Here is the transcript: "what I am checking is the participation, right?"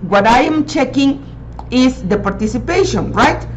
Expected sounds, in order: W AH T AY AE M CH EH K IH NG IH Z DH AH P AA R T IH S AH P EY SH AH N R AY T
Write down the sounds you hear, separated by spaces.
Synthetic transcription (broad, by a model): W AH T AY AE M CH EH K IH NG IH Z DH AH P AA R T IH S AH P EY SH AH N R AY T